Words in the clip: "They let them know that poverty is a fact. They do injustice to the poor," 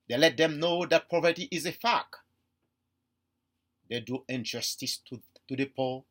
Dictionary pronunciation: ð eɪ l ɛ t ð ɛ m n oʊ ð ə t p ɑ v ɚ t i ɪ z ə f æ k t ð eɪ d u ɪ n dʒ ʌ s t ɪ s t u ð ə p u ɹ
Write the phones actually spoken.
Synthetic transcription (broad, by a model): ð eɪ l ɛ t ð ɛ m n oʊ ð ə t p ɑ p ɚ t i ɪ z ə f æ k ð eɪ d u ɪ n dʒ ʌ s t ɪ s t u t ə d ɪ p